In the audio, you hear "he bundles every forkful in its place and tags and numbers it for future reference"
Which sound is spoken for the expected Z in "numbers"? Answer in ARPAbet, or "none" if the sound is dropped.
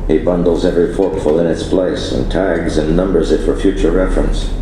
Z